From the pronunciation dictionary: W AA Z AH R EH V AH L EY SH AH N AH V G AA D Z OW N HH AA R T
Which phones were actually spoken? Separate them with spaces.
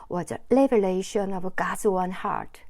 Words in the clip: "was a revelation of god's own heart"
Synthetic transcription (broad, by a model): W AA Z AH L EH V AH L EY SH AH N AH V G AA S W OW N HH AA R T